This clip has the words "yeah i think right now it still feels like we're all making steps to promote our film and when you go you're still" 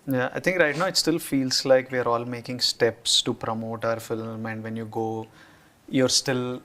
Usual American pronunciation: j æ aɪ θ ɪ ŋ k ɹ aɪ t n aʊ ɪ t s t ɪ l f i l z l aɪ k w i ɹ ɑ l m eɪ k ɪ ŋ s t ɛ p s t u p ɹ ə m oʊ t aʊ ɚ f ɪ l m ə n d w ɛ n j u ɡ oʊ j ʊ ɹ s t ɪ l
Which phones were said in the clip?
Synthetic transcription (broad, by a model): j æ aɪ t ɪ ŋ k ɹ aɪ t n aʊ ɪ t s t ɪ l f i l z l aɪ k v i ɹ ɑ l m eɪ k ɪ ŋ s t ɛ p s t u p ɹ ə m oʊ t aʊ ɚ f ɪ l m ə n d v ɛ n j u ɡ oʊ j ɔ ɹ s t ɪ l